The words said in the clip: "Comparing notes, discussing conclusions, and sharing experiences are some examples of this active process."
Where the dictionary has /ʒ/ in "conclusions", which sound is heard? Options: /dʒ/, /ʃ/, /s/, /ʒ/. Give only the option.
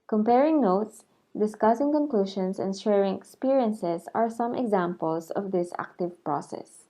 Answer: /ʃ/